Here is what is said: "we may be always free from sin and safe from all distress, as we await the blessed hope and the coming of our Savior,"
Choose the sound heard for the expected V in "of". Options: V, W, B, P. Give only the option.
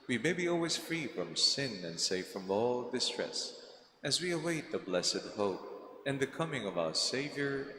V